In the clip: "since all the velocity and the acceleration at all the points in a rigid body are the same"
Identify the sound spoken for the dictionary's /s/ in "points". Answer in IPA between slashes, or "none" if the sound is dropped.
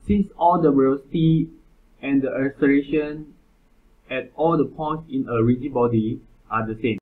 /s/